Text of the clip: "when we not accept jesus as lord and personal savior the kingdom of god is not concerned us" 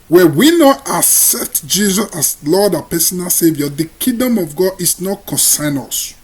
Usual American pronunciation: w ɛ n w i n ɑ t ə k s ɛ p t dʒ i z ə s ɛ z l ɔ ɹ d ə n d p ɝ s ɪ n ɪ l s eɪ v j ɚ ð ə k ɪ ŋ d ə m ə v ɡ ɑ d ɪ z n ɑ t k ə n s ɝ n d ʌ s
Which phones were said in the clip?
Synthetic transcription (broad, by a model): w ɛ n w i n ɑ t ə k s ɛ p t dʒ i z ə s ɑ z l ɔ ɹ d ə p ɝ s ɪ n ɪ l s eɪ v j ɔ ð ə k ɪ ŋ d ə m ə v ɡ ɑ d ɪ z n ɑ t k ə n s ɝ n ʌ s